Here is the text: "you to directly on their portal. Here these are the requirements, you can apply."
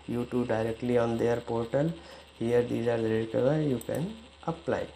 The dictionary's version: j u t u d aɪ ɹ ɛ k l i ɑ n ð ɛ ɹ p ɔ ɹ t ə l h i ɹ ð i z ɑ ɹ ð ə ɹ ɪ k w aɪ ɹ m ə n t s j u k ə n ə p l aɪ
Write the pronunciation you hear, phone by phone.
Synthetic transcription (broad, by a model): j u t u d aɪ ɹ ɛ k l i ɑ n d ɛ ɹ p ɔ ɹ t ə l h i ɹ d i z ɑ ɹ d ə ɹ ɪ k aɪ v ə t j u k ə n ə p l aɪ